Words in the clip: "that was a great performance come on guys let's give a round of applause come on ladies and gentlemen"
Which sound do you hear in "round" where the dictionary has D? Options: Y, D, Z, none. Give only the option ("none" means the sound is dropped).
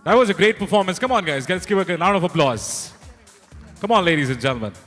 none